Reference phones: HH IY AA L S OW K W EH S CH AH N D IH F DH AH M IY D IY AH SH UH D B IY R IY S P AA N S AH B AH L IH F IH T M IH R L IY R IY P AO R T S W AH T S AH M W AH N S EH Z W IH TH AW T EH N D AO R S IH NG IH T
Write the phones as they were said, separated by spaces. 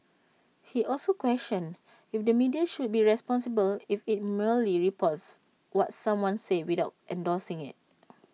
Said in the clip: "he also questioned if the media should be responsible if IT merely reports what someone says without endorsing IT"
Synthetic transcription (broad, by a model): HH IY AA L S OW K W EH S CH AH N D IH F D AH M IY D IY AH SH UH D B IY R IY S P AA N S AH B AH L IH F IH T M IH L IY R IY P AO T S W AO T S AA M W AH N S EH W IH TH AW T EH N D AO S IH NG IH T